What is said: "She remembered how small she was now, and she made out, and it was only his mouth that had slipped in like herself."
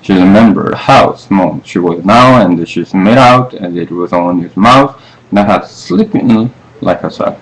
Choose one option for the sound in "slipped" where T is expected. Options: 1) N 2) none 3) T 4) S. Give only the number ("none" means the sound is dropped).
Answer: 2